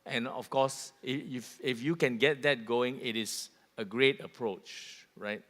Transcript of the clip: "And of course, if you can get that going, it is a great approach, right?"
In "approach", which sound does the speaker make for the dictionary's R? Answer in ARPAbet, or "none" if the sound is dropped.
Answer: R